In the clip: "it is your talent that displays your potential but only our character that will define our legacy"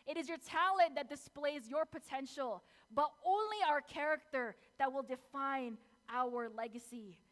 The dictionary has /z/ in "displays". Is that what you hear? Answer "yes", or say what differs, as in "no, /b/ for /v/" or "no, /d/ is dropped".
yes